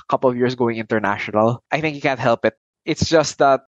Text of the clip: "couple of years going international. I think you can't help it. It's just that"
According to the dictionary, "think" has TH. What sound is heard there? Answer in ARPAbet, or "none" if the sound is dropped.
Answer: TH